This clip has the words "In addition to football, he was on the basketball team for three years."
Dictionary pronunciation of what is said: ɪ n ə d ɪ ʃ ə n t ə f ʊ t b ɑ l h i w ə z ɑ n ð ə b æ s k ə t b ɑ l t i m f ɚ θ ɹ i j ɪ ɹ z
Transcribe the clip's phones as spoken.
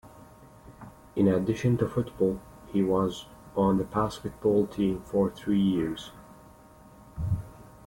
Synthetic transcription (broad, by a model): ɪ n ə d ɪ ʃ ə n t ə f ʊ t b ɑ l h i w ə z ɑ n ð ə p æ s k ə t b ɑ l t i m f ɚ θ ɹ i j ɪ ɹ z